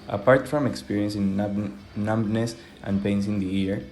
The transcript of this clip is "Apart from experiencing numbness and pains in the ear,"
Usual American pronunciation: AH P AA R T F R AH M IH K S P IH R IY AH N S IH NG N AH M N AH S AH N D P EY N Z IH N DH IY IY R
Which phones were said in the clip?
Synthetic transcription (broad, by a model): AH P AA R T F R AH M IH K S P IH R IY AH N S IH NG N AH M N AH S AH N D P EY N S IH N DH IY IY R